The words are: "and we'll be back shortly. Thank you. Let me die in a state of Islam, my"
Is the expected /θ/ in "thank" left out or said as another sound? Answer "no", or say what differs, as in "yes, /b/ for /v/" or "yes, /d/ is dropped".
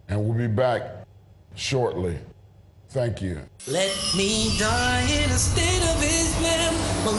no